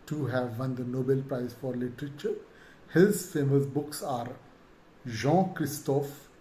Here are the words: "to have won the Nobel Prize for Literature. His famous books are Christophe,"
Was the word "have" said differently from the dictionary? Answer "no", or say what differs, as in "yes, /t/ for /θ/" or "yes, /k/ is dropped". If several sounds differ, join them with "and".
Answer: no